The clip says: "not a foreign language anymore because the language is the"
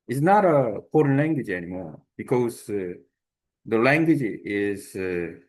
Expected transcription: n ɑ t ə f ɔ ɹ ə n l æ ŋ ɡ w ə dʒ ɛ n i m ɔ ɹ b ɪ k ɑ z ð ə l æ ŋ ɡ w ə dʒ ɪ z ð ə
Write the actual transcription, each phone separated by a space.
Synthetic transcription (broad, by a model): n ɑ t ə p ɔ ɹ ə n l æ ŋ ɡ w ə dʒ ɛ n i m ɔ ɹ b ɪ k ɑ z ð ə l æ ŋ ɡ w ə dʒ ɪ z